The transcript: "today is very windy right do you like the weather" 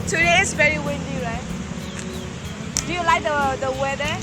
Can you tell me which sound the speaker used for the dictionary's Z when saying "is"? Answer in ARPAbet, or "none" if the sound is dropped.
S